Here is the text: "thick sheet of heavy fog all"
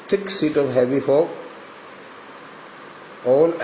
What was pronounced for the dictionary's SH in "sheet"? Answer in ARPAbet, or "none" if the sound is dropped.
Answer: S